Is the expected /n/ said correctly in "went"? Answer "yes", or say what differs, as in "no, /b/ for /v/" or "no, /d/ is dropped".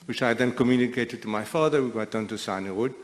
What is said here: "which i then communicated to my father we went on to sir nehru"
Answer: no, /n/ is dropped